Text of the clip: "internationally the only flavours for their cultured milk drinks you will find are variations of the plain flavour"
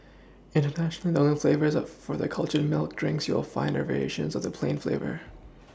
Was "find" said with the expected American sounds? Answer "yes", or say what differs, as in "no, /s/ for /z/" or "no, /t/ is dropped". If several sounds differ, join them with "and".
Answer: no, /d/ is dropped